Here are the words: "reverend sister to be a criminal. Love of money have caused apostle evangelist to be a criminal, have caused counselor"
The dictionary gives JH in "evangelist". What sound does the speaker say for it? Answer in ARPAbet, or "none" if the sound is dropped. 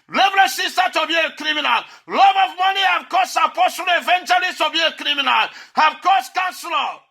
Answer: CH